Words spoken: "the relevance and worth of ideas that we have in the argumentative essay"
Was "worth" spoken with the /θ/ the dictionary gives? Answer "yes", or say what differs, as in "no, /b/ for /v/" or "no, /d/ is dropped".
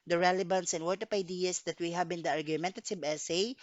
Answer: no, /t/ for /θ/